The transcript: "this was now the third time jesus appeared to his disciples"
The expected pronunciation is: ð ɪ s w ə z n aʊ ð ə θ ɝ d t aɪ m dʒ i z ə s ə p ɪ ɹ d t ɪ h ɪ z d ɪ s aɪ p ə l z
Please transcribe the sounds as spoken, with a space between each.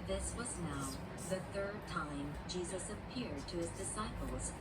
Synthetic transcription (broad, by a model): ð ɪ s w ə z n aʊ ð ə θ ɝ d t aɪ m dʒ i z ə s ə p ɪ ɹ d t ɪ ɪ z d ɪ s aɪ p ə l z